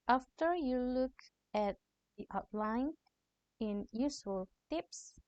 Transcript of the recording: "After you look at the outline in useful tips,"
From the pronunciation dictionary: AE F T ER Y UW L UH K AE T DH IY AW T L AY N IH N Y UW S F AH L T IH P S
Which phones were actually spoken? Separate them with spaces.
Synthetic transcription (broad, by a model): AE F T ER Y UW L UH K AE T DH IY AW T L AY N IH N Y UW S AH L T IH P S